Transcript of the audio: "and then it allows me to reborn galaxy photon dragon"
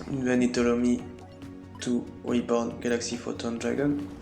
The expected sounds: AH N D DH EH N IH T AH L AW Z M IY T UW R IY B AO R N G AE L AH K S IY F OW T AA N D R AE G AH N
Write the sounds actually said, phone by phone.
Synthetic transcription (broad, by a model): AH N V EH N IH T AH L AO M IY T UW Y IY B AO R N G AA L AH K S IY F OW T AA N D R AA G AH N